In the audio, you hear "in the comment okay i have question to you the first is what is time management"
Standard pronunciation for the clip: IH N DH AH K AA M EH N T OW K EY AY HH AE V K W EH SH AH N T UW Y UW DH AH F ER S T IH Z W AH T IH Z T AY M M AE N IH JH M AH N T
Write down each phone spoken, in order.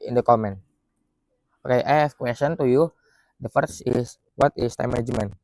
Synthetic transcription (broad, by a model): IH N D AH K AA M EH N T OW K EY AY HH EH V K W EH S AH N T UW Y UW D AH F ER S IH S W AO T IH S T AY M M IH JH M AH N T